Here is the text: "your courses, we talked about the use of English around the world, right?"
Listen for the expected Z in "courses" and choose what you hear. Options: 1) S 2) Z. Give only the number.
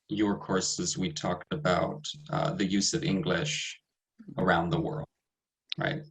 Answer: 2